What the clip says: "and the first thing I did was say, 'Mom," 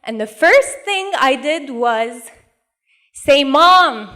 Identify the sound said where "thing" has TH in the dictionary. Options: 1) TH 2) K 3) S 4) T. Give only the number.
1